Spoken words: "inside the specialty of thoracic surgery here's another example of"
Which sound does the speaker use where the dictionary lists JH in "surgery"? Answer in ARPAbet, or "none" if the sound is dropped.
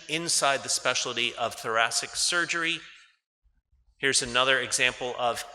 JH